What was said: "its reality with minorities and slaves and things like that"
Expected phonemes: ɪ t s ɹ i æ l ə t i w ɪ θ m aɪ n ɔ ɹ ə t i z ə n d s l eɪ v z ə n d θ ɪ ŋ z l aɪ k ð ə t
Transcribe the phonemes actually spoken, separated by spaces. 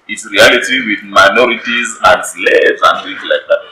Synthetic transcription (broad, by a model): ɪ t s ɹ i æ l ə t i w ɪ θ m aɪ n ɔ ɹ ə t i z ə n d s l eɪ z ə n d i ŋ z l aɪ k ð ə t